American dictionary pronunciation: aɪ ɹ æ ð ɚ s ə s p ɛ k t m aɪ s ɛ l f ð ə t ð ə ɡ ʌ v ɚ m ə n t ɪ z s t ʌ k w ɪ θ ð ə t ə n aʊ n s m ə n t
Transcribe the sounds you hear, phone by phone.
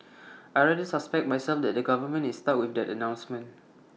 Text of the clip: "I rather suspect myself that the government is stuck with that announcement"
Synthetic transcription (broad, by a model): aɪ ɹ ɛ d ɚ s ə s p ɛ k t m aɪ s ɛ l f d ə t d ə ɡ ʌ v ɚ m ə n ɪ s t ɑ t w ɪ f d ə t ə n aʊ n s m ə n t